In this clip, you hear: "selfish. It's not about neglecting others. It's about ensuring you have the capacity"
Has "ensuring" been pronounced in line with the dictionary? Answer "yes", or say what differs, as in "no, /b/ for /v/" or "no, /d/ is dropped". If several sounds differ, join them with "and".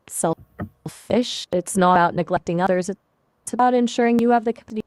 yes